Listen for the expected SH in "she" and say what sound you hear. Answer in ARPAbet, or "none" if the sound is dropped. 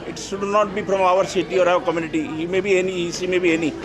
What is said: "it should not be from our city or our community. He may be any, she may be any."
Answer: S